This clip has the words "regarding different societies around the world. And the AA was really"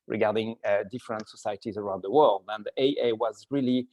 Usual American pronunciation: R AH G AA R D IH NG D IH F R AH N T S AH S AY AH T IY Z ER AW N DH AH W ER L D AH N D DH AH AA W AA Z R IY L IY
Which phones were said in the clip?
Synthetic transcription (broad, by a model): R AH G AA R D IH NG D IH F R AH N T S AH S AY AH T IY Z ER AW N DH AH W ER L D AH N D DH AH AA W AA Z R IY L IY